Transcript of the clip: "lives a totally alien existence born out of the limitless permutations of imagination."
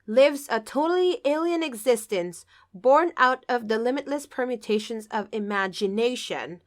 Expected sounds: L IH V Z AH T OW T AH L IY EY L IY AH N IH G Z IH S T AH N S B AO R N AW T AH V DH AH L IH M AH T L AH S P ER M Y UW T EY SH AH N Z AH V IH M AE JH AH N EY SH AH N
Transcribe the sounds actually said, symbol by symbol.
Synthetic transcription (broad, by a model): L IH V Z AH T OW T L IY EY L IY AH N IH G Z IH S T AH N S B AO R N AW T AH V DH AH L IH M AH T L AH S P ER M Y UW T EY SH AH N Z AH V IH M AE JH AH N EY SH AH N